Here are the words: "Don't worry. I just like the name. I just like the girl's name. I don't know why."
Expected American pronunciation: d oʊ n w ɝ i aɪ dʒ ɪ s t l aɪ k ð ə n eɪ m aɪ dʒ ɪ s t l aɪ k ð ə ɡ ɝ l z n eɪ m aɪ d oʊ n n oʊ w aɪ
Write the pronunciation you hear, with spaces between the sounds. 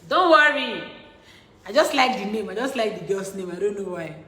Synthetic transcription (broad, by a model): d oʊ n w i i aɪ dʒ ɪ s t l aɪ k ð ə n eɪ m aɪ dʒ ɪ s t l aɪ k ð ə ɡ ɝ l s n eɪ m aɪ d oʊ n n oʊ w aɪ